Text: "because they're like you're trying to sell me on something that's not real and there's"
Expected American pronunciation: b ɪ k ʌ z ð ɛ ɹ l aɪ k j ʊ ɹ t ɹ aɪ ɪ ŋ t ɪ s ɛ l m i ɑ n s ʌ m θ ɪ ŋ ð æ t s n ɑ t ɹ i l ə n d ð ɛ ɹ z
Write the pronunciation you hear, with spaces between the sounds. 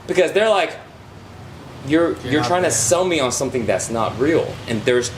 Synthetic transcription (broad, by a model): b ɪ k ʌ z ð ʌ ɹ l aɪ k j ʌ ɹ t ɹ aɪ ɪ ŋ t ɪ s ɛ l m i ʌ n s ʌ m θ ɪ ŋ ð æ t s n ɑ t ɹ i l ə n ð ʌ ɹ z